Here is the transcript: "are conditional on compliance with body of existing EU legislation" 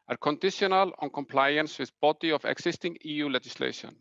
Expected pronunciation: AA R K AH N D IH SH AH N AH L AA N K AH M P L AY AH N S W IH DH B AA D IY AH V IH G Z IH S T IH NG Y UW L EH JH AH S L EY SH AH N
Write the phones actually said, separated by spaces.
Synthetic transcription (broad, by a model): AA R K AH N D IH SH AH N AH L AA N K AH M P L AY AH N S W IH DH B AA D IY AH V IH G S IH S T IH NG Y UW L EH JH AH S L EY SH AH N